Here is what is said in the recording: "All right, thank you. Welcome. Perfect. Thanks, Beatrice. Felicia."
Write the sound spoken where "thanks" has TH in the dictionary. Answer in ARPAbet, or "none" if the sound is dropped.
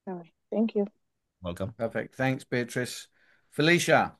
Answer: TH